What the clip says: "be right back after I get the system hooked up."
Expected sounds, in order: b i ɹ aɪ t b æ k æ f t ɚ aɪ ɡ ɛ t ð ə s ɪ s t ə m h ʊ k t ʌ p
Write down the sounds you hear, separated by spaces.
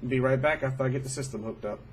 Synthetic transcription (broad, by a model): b i ɹ aɪ t b æ k æ f t ɚ aɪ ɡ ɛ t ð ə s ɪ s t ə m h ʊ k t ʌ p